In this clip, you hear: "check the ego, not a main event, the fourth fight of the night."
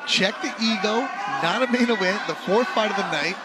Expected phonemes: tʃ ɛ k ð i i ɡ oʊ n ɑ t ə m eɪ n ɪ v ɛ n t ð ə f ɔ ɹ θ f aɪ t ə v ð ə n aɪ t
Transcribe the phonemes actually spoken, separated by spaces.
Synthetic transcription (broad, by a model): tʃ ɛ k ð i i ɡ oʊ n ɑ t ə m eɪ n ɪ w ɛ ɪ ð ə f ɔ ɹ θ p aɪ t ə v ð ə n aɪ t